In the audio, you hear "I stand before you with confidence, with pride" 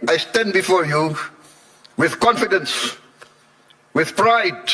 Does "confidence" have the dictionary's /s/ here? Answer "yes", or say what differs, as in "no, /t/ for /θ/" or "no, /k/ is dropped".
yes